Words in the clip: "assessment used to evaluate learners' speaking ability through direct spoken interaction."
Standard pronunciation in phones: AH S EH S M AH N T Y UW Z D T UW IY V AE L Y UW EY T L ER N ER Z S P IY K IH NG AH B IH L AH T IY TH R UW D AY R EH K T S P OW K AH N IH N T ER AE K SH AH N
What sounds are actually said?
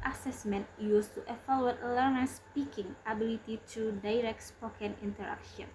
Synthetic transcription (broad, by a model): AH S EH S M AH N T Y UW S T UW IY F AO L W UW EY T L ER N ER S P IY K IH NG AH B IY L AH T IY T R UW D AY R EH K T S P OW K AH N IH N T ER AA K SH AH N